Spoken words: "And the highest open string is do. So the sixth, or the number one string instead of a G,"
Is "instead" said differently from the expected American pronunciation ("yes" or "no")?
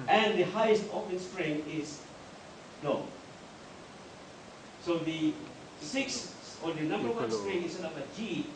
yes